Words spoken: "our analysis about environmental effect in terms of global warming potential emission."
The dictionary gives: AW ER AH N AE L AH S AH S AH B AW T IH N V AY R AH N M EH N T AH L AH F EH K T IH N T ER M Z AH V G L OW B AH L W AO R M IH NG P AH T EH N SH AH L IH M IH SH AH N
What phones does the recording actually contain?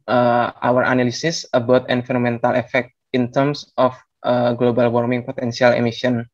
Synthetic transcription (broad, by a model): AW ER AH N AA L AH S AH S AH B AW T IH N F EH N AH M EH N T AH L AH F EH K T IH N T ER M S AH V G L OW B AH L W AO R M IH NG P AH T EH N S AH L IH M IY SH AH N